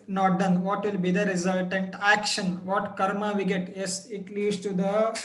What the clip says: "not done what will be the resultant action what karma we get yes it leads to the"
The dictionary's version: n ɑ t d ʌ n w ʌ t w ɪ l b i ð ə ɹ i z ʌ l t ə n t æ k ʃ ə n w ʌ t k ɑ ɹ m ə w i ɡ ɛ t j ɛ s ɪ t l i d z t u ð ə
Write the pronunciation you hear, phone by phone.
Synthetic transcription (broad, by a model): n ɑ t d ʌ n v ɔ t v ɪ l b i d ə ɹ i z ʌ l t ə n t æ k ʃ ə n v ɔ t k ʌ ɹ m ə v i ɡ ɛ t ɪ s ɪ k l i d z t u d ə